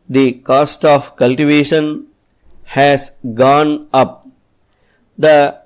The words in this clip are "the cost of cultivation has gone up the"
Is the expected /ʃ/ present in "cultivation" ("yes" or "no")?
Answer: yes